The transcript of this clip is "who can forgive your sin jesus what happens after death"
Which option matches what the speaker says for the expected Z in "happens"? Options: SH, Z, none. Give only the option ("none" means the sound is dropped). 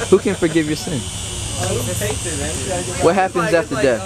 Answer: Z